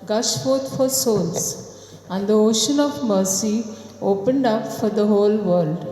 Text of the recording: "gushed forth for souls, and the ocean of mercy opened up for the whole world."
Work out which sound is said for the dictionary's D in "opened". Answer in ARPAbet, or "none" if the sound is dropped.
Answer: D